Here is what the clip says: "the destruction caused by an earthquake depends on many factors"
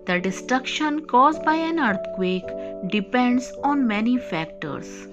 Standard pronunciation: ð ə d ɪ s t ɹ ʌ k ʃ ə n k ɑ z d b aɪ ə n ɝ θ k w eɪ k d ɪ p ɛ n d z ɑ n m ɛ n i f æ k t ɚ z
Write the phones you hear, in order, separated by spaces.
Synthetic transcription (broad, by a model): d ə d ɪ s t ɹ ʌ k ʃ ə n k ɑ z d b aɪ ə n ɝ t k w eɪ k d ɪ p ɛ n d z ɑ n m ɛ n i f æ k t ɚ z